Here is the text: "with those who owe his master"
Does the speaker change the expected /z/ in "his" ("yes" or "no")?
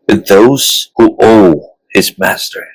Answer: no